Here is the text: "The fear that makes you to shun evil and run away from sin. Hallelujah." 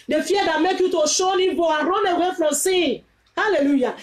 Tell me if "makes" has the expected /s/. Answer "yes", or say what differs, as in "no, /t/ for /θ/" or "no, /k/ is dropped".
no, /s/ is dropped